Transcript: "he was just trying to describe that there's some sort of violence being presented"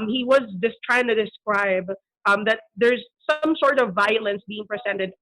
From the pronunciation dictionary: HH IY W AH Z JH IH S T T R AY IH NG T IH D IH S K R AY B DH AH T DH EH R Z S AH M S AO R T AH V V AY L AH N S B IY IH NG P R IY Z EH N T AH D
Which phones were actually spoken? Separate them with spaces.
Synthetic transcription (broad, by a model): HH IY W AH Z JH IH S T T R AY IH NG T IH D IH S K R AY B DH AH T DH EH R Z S AH M S AO R T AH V V AY L AH N S B IY IH NG P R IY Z EH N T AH D